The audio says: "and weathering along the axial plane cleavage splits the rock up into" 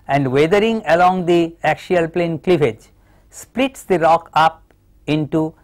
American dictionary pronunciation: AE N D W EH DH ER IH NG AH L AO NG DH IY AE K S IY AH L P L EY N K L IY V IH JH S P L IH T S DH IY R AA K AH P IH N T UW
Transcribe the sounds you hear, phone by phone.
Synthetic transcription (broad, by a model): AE N D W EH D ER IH NG AH L AO NG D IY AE K SH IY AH L P L EY N K L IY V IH JH S P L IH T S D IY R AA K AH P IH N T UW